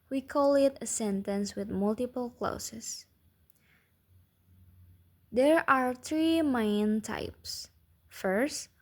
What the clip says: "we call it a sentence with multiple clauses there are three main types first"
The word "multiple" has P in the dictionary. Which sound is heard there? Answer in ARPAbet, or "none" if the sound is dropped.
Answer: P